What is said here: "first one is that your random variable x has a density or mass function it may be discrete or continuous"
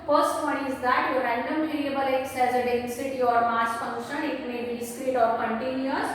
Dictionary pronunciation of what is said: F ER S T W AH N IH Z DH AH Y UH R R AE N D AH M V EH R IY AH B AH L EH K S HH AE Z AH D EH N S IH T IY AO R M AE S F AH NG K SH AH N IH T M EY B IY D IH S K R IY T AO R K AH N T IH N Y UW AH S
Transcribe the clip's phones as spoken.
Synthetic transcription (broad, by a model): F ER S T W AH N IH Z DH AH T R R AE N D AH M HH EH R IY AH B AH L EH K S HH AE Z AH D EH S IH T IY AO R M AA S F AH NG K SH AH N IH T M EY B IY D IH S K R IY T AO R K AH N T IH N Y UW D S